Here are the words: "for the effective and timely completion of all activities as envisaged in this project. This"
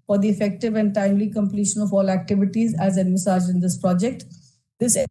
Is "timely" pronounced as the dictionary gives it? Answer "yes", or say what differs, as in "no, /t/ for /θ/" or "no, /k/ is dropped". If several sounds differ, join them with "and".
yes